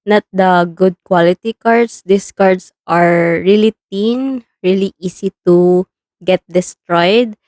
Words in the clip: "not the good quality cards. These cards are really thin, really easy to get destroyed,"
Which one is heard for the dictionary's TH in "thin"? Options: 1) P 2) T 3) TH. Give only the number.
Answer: 2